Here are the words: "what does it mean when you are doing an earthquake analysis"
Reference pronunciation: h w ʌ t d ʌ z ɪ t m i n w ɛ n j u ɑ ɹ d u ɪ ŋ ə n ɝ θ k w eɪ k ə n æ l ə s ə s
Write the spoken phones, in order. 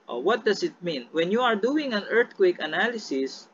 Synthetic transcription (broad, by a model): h w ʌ t d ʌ s ɪ t m i n w ɛ n j u ɑ ɹ d u ɪ ŋ ə n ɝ t k w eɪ k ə n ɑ l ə s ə s